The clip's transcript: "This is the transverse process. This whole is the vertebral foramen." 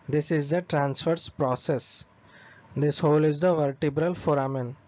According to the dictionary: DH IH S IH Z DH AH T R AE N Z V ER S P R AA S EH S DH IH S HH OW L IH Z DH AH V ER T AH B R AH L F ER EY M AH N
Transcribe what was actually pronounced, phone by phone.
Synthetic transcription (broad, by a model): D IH S IH Z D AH T R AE N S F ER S P R AA S EH S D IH S HH OW L IH Z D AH V ER T AH B R AH L F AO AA M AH N